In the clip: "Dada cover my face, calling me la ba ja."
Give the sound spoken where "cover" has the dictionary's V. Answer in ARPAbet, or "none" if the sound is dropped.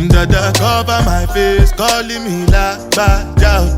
B